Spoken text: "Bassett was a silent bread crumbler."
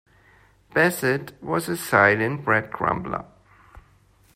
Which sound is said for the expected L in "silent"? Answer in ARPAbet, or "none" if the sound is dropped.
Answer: N